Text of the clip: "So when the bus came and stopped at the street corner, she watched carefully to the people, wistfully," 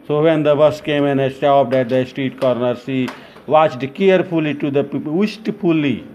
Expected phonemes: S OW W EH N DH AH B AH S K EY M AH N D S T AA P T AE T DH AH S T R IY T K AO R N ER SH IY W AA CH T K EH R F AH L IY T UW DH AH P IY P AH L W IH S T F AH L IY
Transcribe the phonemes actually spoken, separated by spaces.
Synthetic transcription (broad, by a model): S OW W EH N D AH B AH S K EY M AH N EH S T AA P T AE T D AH S T R IY T K AO R N ER S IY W AA CH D K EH R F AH L IY T UW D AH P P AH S T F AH L IY